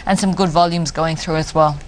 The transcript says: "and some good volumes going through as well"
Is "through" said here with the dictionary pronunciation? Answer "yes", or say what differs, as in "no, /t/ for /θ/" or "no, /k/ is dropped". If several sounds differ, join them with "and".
yes